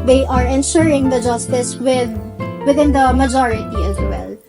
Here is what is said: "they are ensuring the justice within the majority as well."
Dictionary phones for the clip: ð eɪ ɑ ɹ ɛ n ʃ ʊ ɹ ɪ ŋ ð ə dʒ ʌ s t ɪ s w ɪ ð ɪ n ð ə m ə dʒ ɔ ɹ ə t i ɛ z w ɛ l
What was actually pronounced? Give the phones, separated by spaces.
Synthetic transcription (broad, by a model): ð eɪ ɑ ɹ ɛ n ʃ ʊ ɹ ɪ ŋ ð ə dʒ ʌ s t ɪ s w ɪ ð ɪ n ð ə m ə dʒ ɔ ɹ ə t i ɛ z w ɛ l